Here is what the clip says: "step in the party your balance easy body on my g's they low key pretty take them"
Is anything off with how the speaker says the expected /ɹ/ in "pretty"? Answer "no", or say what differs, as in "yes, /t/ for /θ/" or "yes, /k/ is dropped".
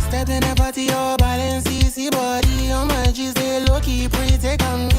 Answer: yes, /ɹ/ is dropped